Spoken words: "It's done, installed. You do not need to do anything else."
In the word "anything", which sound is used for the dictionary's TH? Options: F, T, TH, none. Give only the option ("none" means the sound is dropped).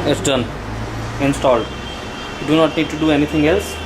T